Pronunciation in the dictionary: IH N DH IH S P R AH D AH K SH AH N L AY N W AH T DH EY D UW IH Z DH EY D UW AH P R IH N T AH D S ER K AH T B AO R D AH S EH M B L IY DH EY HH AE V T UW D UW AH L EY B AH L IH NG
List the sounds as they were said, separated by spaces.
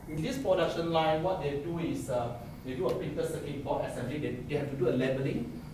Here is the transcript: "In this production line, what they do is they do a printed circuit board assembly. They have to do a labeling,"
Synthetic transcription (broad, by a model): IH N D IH S P R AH D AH K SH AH N L AY N W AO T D EY D UW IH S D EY D UW AH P IH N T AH S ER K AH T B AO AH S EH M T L IY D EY HH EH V T UW D UW AH L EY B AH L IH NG